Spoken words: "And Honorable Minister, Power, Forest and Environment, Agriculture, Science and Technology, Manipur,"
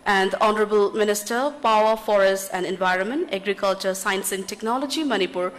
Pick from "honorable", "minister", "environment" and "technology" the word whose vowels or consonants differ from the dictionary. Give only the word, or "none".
none